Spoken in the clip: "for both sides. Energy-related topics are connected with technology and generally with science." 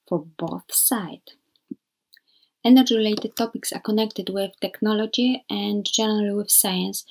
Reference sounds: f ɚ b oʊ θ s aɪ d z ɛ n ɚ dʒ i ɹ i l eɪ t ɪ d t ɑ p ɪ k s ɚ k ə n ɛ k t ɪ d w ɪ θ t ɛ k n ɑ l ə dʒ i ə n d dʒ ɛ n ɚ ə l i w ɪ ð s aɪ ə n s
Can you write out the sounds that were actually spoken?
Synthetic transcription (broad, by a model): f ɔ b oʊ θ s aɪ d ɛ n ɚ dʒ i ɹ i l eɪ t ɪ d t ɑ p ɪ k s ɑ k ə n ɛ k t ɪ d w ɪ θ t ɛ k n ɑ l ə dʒ i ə n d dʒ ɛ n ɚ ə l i w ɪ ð s aɪ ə n s